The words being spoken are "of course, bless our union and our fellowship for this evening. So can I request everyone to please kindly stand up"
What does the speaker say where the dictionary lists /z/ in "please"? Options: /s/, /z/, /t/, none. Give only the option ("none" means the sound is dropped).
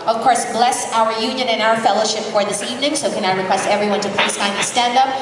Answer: /s/